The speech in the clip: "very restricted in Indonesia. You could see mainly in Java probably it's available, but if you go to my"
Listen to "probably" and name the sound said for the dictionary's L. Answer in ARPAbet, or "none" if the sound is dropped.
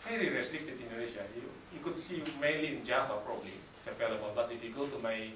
L